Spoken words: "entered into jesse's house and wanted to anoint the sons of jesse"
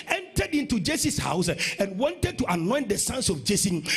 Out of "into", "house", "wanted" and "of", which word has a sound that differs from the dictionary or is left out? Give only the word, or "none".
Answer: of